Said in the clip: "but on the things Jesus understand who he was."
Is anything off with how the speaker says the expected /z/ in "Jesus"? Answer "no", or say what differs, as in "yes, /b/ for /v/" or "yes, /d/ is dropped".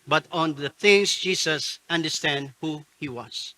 yes, /s/ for /z/